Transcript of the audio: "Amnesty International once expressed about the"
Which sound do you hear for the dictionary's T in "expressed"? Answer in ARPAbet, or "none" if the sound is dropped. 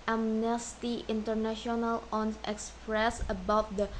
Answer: none